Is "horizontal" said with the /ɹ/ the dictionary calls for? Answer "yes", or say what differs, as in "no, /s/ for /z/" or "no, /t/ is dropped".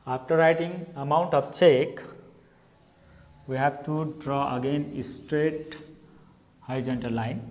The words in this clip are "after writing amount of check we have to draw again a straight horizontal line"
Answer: no, /ɹ/ is dropped